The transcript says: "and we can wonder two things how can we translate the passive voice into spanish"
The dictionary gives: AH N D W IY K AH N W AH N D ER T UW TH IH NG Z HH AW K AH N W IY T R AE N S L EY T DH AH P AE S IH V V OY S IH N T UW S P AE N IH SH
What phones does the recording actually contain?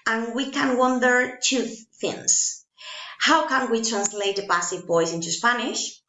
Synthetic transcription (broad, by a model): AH N W IY K AH N W AH N D ER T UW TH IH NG S HH AW K AH N W IY T R AE N S L EY T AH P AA S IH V B OY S IH N T UW S P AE N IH SH